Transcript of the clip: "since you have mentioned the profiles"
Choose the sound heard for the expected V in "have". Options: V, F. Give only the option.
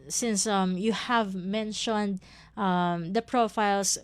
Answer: V